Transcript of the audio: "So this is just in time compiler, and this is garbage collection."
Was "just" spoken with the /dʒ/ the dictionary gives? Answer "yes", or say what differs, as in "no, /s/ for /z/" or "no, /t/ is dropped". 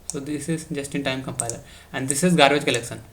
yes